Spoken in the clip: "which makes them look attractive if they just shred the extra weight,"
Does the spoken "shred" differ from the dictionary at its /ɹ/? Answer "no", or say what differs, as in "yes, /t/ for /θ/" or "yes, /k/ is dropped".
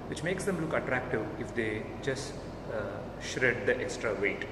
no